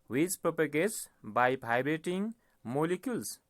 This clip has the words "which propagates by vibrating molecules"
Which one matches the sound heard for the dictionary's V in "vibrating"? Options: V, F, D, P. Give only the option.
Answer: P